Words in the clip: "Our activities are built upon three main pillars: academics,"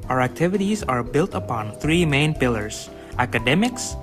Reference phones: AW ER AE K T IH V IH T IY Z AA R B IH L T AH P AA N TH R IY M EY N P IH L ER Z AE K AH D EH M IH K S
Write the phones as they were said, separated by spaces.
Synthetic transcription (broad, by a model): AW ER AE K T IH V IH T IY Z AA R B IH L T AH P AA N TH R IY M EY N P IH L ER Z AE K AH D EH M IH K S